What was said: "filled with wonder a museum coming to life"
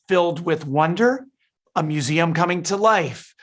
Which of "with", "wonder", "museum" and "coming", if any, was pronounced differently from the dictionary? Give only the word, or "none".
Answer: none